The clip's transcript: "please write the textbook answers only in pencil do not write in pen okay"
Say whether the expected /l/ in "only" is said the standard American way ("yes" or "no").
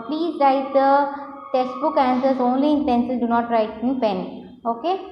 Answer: yes